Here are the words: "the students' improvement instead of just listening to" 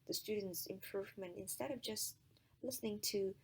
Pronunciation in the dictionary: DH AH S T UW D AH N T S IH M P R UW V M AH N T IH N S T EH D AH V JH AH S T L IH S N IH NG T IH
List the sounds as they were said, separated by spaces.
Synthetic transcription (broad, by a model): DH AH S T UW D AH N T S IH M P R UW V M AH N T IH N S T EH D AH V JH AH S T L IH S N IH NG T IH